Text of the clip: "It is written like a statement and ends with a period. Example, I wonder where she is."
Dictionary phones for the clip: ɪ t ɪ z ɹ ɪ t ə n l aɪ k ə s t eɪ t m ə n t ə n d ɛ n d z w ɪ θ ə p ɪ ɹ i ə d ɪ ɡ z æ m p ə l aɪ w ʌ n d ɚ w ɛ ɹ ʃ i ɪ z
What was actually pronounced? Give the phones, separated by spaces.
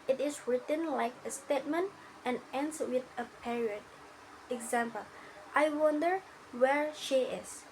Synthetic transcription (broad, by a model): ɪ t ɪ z ɹ ɪ t ə n l aɪ k ə s t eɪ t m ə n t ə n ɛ n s w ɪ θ ə p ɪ ɹ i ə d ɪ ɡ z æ m p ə l aɪ w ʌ n d ɚ w ɛ ɹ ʃ i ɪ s